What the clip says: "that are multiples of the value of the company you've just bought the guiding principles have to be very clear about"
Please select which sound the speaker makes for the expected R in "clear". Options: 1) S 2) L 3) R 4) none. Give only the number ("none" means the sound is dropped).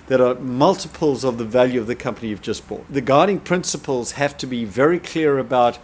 3